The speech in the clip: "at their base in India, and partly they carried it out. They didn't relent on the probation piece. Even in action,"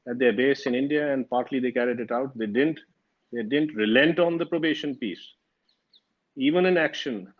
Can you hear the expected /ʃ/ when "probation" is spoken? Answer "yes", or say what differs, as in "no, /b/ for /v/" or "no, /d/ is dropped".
yes